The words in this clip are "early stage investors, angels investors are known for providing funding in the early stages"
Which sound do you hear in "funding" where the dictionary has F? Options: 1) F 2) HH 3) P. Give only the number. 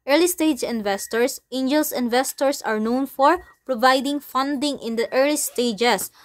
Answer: 1